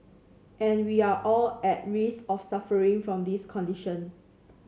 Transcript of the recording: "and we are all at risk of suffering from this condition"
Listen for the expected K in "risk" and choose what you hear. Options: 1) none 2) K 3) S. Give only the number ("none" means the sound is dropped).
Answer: 1